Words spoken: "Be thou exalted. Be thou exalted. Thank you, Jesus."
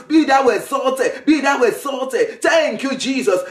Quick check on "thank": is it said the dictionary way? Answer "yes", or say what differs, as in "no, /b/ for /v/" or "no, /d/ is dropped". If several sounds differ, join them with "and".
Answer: no, /t/ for /θ/